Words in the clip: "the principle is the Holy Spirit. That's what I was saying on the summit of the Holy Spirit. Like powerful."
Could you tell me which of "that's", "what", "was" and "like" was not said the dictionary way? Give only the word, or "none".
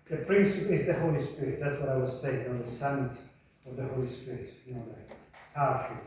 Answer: like